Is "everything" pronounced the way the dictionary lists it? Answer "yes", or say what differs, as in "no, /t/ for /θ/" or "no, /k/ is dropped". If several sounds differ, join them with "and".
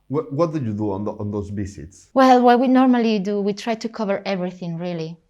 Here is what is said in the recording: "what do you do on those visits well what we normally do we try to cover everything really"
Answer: yes